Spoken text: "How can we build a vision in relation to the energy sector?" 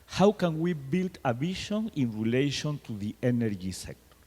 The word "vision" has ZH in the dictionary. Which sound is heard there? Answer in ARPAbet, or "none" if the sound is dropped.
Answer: SH